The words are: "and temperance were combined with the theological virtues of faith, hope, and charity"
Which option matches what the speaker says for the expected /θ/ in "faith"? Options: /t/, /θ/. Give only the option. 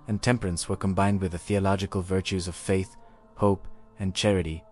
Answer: /θ/